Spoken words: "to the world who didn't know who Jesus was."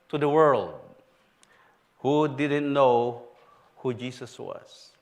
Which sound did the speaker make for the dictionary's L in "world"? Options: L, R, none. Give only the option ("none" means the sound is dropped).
L